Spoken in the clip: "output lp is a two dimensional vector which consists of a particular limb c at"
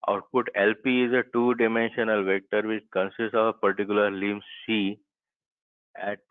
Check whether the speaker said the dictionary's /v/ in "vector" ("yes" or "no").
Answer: yes